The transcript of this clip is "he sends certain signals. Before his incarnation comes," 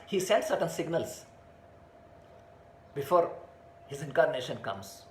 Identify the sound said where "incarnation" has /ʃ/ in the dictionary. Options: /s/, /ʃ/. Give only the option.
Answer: /ʃ/